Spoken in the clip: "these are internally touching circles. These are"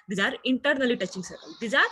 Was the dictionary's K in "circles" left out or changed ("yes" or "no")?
yes